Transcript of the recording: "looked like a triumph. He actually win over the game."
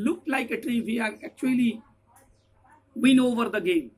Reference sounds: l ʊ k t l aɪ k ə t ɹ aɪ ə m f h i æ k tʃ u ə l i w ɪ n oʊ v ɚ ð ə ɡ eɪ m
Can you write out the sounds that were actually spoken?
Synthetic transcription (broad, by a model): l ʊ k t l aɪ k ə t ɹ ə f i æ k tʃ u ə l i w ɪ n oʊ v ɚ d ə ɡ eɪ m